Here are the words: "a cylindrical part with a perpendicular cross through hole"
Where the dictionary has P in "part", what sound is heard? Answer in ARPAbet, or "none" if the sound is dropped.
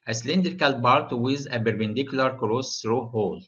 B